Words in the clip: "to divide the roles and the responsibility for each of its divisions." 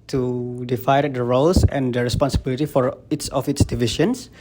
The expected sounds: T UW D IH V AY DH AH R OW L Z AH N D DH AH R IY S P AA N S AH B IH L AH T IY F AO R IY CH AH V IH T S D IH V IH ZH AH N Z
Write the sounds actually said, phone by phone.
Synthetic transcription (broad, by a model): T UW D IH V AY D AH R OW L S AH N D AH R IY S P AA N S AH B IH L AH T IY F AO R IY S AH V IH T S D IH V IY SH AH N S